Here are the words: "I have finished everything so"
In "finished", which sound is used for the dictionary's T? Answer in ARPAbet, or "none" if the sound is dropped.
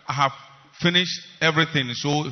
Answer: T